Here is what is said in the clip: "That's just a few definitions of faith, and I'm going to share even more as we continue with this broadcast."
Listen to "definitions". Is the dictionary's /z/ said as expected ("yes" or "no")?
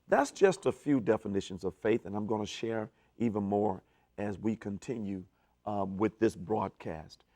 yes